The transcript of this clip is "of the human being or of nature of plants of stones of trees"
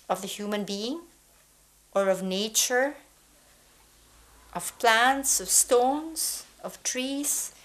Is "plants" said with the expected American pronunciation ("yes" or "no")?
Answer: yes